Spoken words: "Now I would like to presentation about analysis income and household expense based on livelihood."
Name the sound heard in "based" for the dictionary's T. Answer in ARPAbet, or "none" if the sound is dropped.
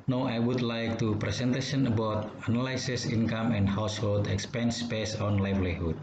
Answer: none